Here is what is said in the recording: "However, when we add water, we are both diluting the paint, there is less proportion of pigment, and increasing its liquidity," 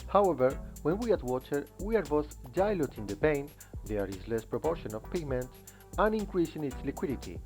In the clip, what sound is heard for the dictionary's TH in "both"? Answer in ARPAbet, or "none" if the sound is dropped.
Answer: S